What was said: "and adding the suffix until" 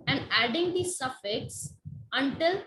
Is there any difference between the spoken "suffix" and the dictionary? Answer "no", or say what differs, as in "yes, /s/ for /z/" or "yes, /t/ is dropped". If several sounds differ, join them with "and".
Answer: no